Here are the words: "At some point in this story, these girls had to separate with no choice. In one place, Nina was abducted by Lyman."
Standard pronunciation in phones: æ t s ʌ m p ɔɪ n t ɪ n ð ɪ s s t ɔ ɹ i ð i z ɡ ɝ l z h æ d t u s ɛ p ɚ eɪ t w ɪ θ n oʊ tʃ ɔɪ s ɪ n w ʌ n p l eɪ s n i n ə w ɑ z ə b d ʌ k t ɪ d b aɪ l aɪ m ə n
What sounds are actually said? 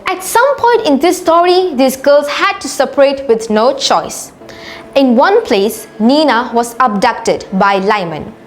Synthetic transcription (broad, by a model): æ t s ʌ m p ɔɪ n t ɪ n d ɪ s s t ɔ ɹ i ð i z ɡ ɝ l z h æ d t u s ɛ p ɚ eɪ t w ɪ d n oʊ tʃ ɔɪ s ɪ n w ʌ n p l eɪ s n i n ə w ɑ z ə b d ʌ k t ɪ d b aɪ l aɪ m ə n